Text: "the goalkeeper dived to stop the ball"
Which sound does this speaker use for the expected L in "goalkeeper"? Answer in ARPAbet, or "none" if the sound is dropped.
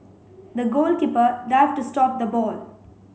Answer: L